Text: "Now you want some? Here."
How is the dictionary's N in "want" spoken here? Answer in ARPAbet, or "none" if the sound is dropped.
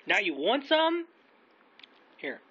N